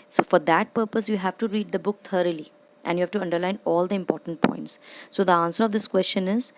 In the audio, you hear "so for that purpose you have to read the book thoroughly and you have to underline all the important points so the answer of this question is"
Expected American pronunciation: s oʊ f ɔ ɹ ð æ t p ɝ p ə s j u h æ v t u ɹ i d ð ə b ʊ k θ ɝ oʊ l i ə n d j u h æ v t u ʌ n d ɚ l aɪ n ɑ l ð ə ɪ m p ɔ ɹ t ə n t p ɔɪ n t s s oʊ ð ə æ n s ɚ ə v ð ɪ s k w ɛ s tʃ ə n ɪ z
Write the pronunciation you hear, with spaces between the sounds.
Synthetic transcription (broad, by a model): s oʊ f ɔ ɹ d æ t p ɝ p ə s j u h æ v t u ɹ i d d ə b ʊ k t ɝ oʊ l i ə n d j u h æ v t u ʌ n d ɚ l aɪ n ɑ l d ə ɪ m p ɔ ɹ t ə n t p ɔɪ n t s s oʊ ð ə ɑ n s ɚ ə v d ɪ s k w ɛ s tʃ ə n ɪ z